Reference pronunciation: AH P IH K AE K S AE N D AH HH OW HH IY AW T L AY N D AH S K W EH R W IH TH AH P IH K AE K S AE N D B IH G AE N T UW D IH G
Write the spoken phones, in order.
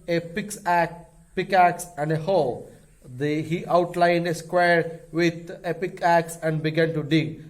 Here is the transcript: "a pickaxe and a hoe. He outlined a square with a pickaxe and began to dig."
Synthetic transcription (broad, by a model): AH P IH K AE K S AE N D AH HH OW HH IY AW T L AY N D AH S K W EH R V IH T AH P IH K AE K S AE N D B IH G AE N T UW D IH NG